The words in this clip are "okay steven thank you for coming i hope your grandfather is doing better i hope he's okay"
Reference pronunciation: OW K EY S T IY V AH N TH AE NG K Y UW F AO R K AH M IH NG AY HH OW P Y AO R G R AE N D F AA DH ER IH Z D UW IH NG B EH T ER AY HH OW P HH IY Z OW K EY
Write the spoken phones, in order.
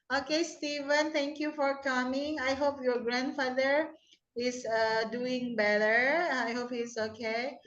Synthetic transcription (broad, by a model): OW K EY S T IY V AH N T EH NG K Y UW F AO R K AH M IH NG AY HH OW P Y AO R G R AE N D F AA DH ER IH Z D UW IH NG B EH T ER AY HH OW P HH IY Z OW K EY